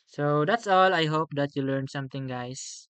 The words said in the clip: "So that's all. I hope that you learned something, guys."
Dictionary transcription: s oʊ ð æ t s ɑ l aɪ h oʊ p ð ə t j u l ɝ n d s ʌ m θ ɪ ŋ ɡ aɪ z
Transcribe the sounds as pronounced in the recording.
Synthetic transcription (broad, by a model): s oʊ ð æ t s ɑ l aɪ h oʊ p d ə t j u l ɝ n s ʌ m t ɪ ŋ ɡ aɪ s